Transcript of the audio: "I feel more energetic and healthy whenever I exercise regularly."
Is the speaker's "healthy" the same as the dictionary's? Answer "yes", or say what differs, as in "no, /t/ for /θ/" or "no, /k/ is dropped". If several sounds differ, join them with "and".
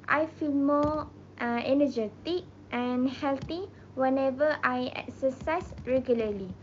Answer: no, /t/ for /θ/